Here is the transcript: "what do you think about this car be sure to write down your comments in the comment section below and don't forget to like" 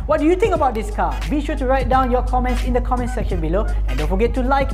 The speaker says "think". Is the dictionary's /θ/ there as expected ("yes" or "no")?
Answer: no